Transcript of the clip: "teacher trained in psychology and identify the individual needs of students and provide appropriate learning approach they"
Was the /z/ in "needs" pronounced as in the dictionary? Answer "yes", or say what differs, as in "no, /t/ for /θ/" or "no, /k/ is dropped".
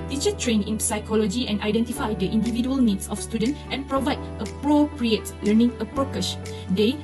no, /s/ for /z/